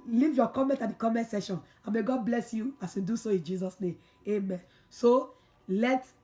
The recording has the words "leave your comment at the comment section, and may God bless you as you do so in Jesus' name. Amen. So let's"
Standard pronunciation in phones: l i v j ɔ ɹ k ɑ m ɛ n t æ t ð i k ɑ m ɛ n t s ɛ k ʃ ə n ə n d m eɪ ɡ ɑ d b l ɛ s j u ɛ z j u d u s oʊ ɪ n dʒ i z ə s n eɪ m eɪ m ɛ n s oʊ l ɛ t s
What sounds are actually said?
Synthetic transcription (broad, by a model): l i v j ɔ k ɑ m ɛ n t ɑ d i k ɑ m ɛ n t s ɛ ʃ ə n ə m eɪ ɡ ɑ d b l ɛ s j u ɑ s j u d u s oʊ ɪ n dʒ i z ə s n eɪ m eɪ m ɛ n s oʊ l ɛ t